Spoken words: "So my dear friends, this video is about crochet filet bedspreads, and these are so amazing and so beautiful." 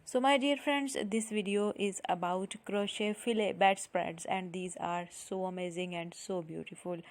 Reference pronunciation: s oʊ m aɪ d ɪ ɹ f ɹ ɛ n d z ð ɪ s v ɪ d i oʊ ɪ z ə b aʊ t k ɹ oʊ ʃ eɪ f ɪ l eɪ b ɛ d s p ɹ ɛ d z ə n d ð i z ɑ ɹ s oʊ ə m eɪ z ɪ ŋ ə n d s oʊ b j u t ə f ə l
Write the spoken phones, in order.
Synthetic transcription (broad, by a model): s oʊ m aɪ d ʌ ɹ f ɹ ɛ n d z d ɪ s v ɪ d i oʊ ɪ z ə b aʊ t k ɹ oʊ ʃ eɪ f ɪ l eɪ b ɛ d s p ɹ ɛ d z ə n d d i z ɑ ɹ s oʊ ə m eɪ z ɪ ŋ ə n d s oʊ b j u t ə f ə l